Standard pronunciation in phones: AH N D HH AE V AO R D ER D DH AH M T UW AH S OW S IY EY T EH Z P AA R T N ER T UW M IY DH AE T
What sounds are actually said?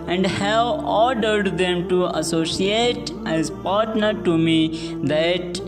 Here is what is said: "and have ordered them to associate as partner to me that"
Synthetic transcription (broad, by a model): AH N D HH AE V AO R D ER D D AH M T UW AH S OW S IY EY T EH Z P AA R T N ER T UW M IY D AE T